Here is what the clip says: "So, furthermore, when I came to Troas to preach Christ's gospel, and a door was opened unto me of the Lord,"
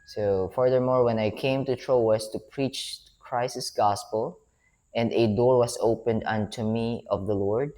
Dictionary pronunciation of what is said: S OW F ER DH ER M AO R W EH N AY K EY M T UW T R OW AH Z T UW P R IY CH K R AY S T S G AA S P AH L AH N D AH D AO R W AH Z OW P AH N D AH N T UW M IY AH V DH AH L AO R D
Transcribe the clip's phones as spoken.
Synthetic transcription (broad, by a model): S OW F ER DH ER M AO R W EH N AY K EY M T UW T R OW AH S T UW P R IY CH K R AY S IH S G AA S P AH L AH N D AH D AO R W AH S OW P AH N D AH N T UW M IY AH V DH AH L AO R D